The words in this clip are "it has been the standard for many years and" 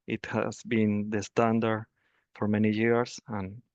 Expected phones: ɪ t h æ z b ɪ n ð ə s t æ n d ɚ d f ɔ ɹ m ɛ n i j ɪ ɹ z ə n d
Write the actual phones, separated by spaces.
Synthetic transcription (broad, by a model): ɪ t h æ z b ɪ n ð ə s t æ n d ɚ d f ɔ ɹ m ɛ n i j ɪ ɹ s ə n